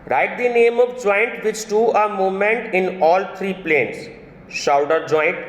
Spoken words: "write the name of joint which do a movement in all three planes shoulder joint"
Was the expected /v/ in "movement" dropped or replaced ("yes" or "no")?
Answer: yes